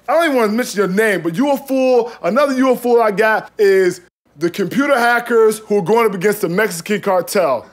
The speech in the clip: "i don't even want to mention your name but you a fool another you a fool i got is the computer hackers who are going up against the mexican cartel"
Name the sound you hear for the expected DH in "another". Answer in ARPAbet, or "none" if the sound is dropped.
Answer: DH